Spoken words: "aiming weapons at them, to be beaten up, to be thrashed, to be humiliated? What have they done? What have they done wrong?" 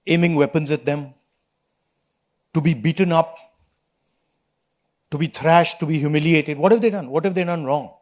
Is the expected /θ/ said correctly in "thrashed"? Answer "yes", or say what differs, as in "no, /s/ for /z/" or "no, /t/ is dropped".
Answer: no, /t/ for /θ/